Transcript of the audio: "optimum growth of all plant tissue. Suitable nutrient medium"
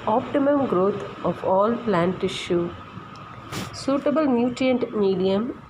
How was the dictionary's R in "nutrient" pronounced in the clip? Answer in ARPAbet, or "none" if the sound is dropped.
none